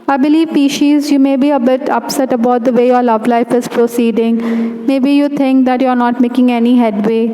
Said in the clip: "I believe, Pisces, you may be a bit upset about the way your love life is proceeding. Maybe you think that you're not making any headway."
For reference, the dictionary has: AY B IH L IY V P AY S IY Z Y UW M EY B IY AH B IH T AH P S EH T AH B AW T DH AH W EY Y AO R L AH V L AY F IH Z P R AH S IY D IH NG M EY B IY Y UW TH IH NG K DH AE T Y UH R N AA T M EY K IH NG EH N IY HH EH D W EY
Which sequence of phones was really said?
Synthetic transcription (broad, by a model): AY B IH L IY V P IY SH IY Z Y UW M EY B IY AH B IH T AH P S EH T AH B AW T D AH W EY Y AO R L AH V L AY F IH Z P R AH S IY D IH NG M EY B IY Y UW T IH NG K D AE T Y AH R N AA T M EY K IH NG EH N IY HH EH D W EY